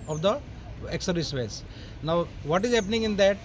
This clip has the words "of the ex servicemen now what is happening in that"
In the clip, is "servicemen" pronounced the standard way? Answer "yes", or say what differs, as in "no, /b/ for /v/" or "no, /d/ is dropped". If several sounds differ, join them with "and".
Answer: no, /v/ is dropped